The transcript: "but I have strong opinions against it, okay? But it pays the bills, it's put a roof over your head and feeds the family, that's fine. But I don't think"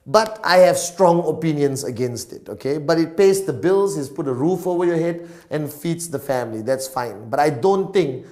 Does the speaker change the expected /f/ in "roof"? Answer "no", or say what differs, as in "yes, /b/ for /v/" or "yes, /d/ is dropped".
no